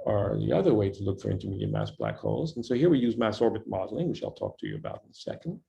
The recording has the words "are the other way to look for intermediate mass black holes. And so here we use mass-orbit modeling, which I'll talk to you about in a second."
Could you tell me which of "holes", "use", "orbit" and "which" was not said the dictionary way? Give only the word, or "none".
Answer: none